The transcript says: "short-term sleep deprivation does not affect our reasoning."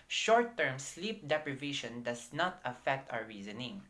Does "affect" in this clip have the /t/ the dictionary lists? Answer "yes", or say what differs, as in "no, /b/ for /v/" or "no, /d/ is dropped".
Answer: yes